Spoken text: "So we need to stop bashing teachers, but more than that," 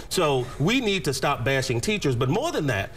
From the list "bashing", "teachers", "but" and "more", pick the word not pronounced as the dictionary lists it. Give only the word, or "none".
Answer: none